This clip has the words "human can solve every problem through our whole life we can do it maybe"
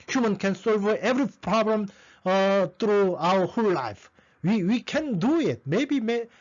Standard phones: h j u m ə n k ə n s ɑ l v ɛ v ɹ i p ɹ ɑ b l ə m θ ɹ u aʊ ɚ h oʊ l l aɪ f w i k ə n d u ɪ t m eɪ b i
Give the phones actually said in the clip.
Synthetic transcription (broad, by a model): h j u m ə n k ə n s ɑ l v ɛ v ɹ i p ɹ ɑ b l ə m t ɹ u aʊ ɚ h oʊ l l aɪ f w i k ə n d u ɪ t m eɪ b i